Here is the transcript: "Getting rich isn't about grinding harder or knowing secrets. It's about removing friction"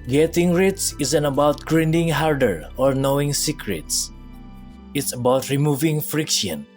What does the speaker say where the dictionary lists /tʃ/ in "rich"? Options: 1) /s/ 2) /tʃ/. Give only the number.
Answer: 1